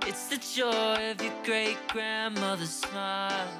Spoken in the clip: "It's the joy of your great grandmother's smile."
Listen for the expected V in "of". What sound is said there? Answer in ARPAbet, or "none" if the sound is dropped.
V